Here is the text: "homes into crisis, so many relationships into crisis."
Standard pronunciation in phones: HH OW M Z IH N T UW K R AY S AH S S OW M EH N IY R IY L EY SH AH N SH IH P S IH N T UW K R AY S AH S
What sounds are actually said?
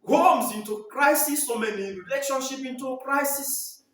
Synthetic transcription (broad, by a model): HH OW M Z IH N T UW K R AY S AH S S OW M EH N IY R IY L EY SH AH N SH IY P IH N T UW K R AY S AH S